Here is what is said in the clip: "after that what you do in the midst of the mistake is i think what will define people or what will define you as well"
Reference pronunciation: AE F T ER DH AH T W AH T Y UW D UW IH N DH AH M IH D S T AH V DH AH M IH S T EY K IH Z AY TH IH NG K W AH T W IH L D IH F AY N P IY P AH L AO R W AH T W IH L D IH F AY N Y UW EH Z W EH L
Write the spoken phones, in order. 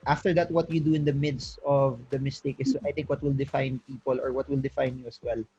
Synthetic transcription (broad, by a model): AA F T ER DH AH T W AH T Y UW D UW IH N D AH M IH D S T AH V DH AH M IH S T EY K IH S AY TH IH NG K W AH T W IH L D IH F AY N P IY P AH L AO R W AH T W IH L D IH F AY N Y UW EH S W EH L